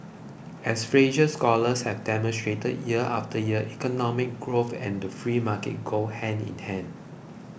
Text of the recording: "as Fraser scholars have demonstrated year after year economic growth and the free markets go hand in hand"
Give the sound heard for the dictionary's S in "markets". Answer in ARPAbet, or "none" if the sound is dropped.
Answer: none